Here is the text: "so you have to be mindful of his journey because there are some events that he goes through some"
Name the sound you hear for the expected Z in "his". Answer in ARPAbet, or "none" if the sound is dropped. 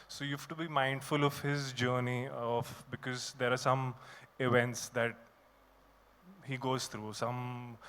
Z